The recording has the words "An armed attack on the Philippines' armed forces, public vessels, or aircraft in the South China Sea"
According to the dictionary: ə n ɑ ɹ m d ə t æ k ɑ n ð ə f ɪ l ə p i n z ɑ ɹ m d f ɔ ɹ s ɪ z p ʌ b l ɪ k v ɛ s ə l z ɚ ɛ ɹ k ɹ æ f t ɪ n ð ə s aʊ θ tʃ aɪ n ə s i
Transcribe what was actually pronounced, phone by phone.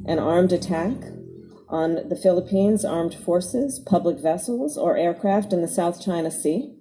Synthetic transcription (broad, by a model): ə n ɑ ɹ m d ə t æ k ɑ n ð ə f ɪ l ə p i n z ɑ ɹ m d f ɔ ɹ s ɪ z p ʌ b l ɪ k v ɛ s l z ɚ ɛ ɹ k ɹ æ f t ɪ n ð ə s aʊ θ tʃ aɪ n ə s i